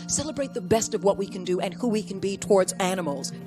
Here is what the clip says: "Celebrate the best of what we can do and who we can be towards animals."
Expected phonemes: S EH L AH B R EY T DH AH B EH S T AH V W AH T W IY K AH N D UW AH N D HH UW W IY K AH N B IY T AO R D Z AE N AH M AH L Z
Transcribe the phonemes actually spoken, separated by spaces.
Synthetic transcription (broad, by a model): S EH L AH B R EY T DH AH B EH S T AH V W AH T W IY K AH N D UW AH N HH UW W IY K AH N B IY T AO R D Z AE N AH M L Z